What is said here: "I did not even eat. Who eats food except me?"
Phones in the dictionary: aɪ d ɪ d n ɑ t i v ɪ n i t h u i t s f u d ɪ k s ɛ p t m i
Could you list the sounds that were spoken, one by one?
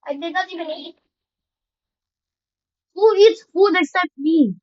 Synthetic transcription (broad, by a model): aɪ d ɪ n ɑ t i v ɪ n i t h u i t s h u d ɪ s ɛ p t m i